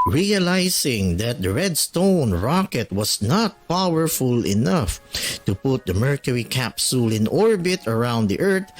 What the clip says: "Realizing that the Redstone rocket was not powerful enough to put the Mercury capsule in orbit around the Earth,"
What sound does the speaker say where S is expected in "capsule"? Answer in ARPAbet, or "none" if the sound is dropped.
S